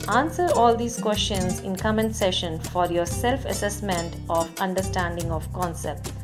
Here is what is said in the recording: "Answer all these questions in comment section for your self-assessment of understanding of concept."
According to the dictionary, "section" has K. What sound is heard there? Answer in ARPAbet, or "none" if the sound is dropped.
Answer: none